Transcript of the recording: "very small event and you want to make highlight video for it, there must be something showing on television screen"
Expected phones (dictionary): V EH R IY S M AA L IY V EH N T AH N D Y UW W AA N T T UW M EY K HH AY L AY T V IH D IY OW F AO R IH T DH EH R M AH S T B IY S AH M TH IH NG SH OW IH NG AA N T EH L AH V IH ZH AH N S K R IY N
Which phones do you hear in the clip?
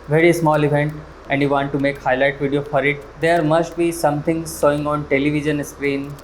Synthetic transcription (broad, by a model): V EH R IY S M AA L IY V EH N T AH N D Y UW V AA N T T UW M EY K HH AY L AY T V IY D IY OW F AO R IH T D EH R M AH S T B IY S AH M T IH NG S OW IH NG AA N T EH L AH V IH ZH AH N S K R IY N